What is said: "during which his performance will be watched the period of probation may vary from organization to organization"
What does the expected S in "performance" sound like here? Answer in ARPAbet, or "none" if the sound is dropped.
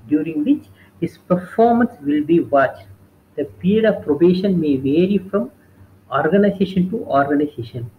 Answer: S